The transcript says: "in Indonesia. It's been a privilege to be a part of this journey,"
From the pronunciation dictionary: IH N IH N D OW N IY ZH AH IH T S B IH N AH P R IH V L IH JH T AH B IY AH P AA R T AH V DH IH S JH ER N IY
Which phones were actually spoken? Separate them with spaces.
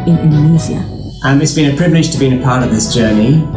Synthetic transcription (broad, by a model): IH N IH N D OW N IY Z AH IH T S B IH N AH P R IH V L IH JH T AH B IY AH P AA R T AH V DH IH S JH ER N IY